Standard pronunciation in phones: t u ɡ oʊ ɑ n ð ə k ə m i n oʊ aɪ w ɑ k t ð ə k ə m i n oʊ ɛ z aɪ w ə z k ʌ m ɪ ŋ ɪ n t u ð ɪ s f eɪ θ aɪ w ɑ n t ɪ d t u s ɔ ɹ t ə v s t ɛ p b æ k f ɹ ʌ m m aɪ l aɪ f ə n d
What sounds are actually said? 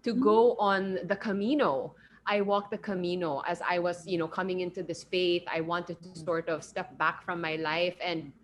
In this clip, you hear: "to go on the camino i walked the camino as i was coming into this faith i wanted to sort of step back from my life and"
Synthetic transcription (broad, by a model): t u ɡ oʊ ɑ n ð ə k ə m i n oʊ aɪ w ɑ k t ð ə k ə m i n oʊ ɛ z aɪ w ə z k ʌ m ɪ ŋ ɪ n t u ð ɪ s f eɪ θ aɪ w ɑ n t ɪ d t u s ɔ ɹ t ə v s t ɛ p b æ k f ɹ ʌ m m aɪ l aɪ f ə n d